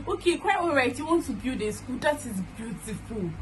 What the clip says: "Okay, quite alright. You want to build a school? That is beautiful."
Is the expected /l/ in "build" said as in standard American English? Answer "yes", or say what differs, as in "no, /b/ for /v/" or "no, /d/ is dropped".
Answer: no, /l/ is dropped